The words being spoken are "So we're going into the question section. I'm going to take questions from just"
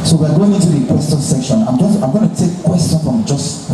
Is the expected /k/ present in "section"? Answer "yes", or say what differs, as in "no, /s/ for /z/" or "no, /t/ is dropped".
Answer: yes